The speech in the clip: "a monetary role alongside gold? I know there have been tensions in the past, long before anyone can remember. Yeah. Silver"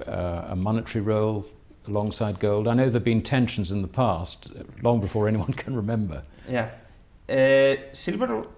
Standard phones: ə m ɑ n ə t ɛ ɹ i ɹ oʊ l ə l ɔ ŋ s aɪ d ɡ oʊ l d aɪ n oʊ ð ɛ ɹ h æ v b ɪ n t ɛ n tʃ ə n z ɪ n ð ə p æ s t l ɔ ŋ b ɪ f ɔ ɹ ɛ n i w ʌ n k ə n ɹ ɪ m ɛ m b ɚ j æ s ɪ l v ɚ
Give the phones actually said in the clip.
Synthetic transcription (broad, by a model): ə m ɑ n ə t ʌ ɹ i ɹ oʊ l ə l ɔ ŋ s aɪ d ɡ oʊ l d aɪ n oʊ ð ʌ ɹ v b ɪ n t ɛ n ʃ n z ɪ n ð ə p æ s t l ɔ ŋ b ɪ f ɔ ɹ ɛ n i w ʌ n k ə n ɹ ɪ m ɛ m b ɚ j æ s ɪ l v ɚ